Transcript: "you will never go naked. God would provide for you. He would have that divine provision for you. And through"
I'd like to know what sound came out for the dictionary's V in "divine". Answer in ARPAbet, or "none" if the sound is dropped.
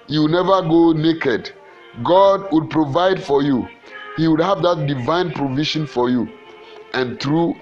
V